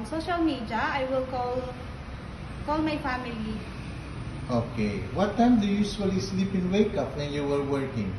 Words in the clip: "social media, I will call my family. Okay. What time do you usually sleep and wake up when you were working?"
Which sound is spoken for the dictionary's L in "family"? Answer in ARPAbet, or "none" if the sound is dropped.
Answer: L